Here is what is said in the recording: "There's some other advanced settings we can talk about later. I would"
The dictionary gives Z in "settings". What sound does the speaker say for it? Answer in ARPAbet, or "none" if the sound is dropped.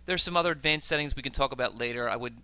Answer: Z